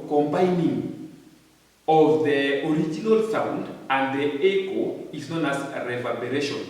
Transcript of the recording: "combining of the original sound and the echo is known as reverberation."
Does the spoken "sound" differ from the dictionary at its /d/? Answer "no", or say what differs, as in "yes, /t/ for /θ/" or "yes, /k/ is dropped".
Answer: no